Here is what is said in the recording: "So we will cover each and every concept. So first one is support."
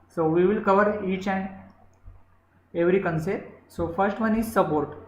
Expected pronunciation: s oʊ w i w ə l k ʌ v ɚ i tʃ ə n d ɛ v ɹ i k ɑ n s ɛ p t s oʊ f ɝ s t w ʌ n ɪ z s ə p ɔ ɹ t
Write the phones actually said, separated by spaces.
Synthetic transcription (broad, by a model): s oʊ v i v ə l k ʌ v ɚ i tʃ ə n d ɛ v ɹ i k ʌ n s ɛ t s oʊ f ɝ s t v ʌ n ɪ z s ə p ɔ ɹ t